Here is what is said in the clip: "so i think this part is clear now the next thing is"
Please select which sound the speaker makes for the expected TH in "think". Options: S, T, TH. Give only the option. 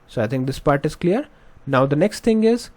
T